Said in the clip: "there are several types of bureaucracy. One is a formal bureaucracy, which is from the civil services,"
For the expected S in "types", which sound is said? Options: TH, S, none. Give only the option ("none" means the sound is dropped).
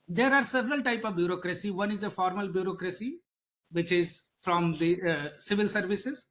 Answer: none